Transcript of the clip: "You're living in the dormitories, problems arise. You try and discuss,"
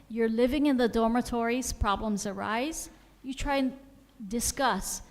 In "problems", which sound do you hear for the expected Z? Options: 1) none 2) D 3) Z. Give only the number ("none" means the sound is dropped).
3